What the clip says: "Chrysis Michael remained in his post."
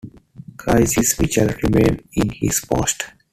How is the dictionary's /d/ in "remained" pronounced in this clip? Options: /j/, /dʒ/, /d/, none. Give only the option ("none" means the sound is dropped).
none